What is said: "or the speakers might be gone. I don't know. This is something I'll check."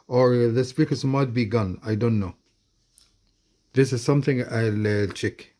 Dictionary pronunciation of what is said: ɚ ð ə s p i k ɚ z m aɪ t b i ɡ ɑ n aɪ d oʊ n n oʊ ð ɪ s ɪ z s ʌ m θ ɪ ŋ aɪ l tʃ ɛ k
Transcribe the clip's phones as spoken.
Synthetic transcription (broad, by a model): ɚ ð ə s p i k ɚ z m aɪ t b i ɡ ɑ n aɪ d oʊ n n oʊ ð ɪ s ɪ z s ʌ m θ ɪ ŋ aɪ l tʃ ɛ k